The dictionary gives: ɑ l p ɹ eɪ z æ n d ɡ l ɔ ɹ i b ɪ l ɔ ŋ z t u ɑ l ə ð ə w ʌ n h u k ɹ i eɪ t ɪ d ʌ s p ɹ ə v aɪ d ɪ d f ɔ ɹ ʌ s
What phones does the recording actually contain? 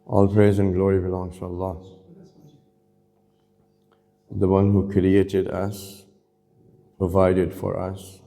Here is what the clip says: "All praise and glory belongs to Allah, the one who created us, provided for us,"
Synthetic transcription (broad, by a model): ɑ l p ɹ eɪ z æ n ɡ l ɔ ɹ i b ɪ l ɔ ŋ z t u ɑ l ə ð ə w ʌ n h u k ɹ i eɪ t ɪ d ʌ s p ɹ ə v aɪ d ɪ d f ɔ ɹ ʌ s